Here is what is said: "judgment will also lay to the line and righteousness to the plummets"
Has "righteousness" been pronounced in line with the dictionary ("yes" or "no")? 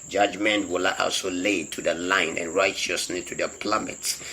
no